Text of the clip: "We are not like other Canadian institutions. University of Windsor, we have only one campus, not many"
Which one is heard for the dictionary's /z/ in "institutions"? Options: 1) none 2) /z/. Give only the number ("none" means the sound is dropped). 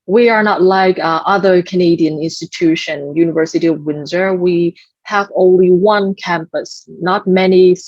1